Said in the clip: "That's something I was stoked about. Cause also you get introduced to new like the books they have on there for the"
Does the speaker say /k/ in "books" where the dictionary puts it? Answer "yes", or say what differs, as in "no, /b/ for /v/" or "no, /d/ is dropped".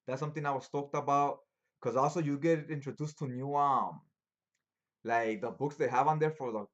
yes